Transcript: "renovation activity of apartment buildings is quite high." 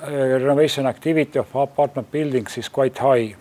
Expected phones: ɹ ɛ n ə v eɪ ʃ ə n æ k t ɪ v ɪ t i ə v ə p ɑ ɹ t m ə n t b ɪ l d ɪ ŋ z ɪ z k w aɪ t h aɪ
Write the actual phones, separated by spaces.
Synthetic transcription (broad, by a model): ɹ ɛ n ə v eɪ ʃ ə n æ k t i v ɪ t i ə f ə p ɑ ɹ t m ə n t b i l d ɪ ŋ s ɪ s k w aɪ t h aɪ